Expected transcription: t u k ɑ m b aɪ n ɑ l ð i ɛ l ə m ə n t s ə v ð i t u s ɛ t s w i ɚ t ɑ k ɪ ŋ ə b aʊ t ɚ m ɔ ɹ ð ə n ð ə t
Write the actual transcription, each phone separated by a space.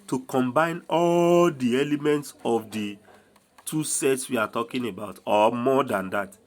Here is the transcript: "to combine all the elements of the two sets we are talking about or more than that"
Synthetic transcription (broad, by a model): t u k ɑ m b aɪ n ɑ l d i ɛ l ə m ə n t s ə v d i t u s ɛ t s w i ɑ t ɑ k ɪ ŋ ə b aʊ t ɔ m ɔ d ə n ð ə t